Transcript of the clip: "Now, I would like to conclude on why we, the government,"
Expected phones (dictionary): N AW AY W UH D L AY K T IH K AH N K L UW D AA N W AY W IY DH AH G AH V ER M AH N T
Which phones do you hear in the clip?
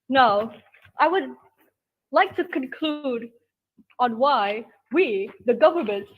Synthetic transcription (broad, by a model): N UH AY W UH D L AY K T IH K AH N K L UW D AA N W AY W IY DH AH G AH V ER M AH N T